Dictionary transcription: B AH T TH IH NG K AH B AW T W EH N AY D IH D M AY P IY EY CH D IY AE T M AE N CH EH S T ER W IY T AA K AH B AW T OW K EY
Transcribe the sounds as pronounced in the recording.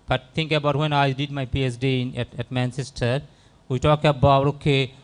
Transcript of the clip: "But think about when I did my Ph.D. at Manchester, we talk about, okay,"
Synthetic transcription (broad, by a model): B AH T T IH NG K AH B AW T W EH N AY D IH D M AY P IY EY S D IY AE T M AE N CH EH S T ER W IY T AA K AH B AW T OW K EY